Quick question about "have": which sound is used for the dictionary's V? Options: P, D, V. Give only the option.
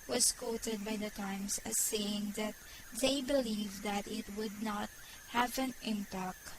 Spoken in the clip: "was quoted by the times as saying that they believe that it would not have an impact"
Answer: V